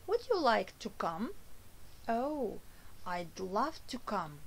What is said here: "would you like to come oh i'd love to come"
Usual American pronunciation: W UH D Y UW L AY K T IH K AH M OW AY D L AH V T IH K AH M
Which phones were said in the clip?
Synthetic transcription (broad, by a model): W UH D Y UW L AY K T IH K AH M OW AY D L AH V T IH K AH M